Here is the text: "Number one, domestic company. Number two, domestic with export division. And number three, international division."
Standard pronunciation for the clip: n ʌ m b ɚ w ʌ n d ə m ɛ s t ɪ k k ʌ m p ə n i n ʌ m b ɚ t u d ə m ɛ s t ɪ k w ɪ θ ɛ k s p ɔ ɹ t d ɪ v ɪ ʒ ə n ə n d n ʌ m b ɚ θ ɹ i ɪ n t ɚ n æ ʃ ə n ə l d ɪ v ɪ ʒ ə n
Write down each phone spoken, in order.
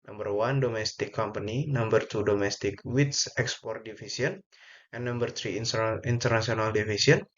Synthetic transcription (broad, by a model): n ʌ m b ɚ w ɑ n d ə m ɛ s t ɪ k k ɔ m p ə n i n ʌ m b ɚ t u d ə m ɛ s t ɪ k w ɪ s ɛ k s p ɔ ɹ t d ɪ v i s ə ə n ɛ n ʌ m b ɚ t ɹ i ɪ n t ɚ n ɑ s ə n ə l d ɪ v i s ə n